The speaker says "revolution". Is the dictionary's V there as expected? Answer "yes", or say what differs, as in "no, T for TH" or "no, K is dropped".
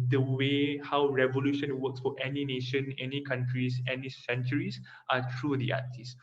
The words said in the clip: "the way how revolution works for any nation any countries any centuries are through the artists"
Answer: yes